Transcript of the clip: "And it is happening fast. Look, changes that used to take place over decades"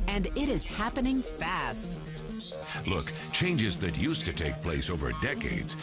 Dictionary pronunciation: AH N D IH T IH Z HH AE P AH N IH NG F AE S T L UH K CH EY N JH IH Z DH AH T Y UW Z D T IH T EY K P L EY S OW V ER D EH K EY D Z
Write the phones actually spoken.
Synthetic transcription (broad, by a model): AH N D IH T IH Z HH AE P AH N IH NG F AE S T L UH K CH EY N JH IH Z DH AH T Y UW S T IH T EY K P L EY S OW V ER D EH K EY D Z